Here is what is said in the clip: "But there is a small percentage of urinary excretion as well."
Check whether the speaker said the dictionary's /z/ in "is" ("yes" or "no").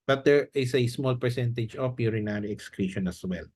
no